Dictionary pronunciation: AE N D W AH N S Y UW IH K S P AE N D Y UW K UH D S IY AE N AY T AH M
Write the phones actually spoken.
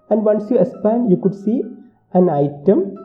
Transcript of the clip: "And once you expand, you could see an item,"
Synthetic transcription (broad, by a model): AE N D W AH N S Y UW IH S P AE N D Y UW K UH D S IY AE N AY T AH M